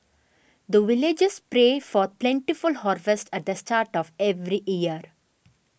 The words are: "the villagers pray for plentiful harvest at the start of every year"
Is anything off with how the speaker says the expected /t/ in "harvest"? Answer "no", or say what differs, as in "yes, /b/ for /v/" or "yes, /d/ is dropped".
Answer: no